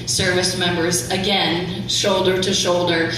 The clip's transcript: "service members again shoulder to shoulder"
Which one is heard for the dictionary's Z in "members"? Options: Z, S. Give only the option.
Z